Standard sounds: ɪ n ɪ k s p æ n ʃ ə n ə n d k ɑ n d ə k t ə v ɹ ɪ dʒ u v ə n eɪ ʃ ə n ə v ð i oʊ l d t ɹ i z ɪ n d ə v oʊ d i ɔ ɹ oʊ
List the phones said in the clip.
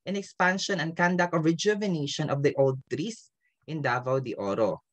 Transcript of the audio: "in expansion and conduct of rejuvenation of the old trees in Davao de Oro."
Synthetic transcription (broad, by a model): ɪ n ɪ k s p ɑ n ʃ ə n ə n k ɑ n d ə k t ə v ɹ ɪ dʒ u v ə n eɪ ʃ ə n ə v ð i oʊ l d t ɹ i s ɪ n d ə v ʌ d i ɔ ɹ oʊ